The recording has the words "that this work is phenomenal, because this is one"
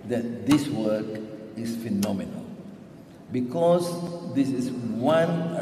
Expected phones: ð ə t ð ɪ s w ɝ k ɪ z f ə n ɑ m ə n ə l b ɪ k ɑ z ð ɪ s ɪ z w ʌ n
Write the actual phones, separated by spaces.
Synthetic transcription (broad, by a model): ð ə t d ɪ s w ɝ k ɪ s f ə n ɑ m ə n ə l b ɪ k ɑ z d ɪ s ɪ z w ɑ n